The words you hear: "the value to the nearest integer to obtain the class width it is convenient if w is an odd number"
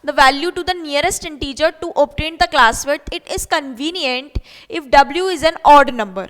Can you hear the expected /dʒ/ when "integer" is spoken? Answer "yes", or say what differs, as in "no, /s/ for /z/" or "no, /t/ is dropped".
yes